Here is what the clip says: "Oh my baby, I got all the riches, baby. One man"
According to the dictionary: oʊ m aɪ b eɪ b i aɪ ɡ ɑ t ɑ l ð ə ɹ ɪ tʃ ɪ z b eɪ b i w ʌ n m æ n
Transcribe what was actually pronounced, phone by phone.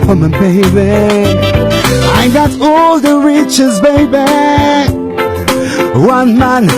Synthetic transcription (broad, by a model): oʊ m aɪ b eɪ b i aɪ ɡ ɑ t ɑ l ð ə ɹ ɪ tʃ ɪ z b eɪ b i w ʌ n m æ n